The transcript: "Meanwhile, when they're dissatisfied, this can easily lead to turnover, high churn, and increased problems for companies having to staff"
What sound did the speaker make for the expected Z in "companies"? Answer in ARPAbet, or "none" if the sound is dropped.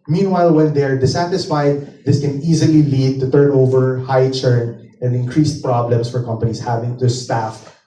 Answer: S